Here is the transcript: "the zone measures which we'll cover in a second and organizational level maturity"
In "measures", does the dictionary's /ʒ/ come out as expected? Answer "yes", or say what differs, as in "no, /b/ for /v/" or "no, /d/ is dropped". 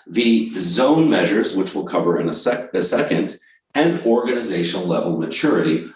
yes